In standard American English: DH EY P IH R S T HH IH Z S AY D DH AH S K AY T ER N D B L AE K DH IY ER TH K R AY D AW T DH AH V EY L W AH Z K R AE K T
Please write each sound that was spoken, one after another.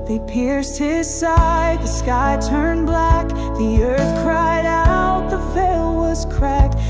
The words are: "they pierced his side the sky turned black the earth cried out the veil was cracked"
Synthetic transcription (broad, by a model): DH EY P IH R S T HH IH Z S AY D DH AH S K AY T ER N B L AE K DH IY ER TH K R AY D AW T DH AH F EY L W AH Z K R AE K T